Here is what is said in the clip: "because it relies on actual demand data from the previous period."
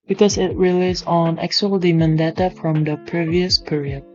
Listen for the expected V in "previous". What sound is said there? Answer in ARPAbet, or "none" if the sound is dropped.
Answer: V